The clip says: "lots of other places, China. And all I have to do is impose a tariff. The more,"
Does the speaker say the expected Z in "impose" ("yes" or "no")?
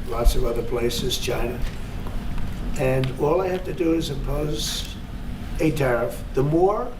yes